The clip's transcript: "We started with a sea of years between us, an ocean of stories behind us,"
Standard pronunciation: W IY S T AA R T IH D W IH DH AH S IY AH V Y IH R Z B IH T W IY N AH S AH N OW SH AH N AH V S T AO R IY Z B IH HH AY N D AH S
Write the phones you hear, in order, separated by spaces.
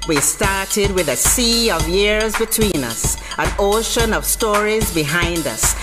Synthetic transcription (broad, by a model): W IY S T AA R T IH D W IH DH AH S IY AH V Y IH R Z B IH T W IY N AH S AH N OW SH AH N AH V S T AO R IY Z B IH HH AY N D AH S